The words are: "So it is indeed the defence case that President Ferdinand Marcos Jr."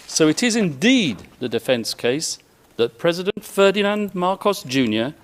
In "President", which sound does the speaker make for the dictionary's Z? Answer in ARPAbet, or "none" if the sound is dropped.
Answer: Z